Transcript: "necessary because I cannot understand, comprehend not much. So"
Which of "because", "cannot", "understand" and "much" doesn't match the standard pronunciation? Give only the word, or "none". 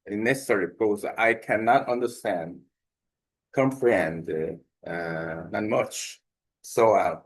because